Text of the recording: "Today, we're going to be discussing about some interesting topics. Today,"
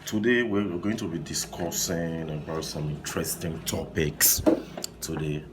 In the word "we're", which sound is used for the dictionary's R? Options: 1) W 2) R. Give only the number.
1